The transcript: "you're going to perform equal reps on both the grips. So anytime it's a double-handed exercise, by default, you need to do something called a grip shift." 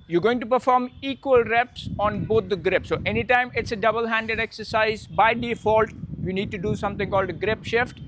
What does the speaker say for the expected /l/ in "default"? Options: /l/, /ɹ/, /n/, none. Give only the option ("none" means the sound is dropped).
/l/